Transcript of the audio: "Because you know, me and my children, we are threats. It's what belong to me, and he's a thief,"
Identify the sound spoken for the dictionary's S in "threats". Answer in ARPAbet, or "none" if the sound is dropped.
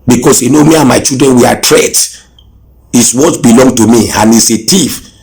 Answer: none